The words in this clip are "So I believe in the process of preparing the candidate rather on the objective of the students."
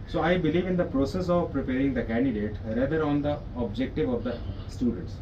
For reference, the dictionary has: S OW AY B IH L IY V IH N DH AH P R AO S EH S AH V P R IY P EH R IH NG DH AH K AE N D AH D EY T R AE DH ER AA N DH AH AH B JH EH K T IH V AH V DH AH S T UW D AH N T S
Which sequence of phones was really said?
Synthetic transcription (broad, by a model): S OW AY B IH L IY V IH N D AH P R AO S EH S AH V P R IY P EH R IH NG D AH K AE N D AH D EY T R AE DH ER AA N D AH AH B JH EH K T IH V AH V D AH S T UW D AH N T S